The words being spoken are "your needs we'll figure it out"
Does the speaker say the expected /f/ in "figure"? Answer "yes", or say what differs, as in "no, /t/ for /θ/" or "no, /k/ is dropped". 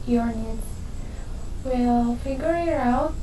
yes